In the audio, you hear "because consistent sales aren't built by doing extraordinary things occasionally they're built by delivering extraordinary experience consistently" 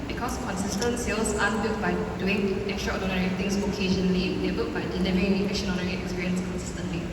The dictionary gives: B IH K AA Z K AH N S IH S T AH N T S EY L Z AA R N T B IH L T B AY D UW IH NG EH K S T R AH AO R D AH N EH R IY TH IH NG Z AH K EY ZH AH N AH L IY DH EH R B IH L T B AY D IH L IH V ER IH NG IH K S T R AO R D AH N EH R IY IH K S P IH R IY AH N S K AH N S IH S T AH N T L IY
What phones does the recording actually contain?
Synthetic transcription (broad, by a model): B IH K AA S K AH N S IH S T AH N T S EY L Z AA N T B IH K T B AY D UW IH NG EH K S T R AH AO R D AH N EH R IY T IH NG S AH K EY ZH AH N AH L IY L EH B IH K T B AY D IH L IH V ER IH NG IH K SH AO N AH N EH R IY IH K S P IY R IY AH N S K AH N S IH S T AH N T L IY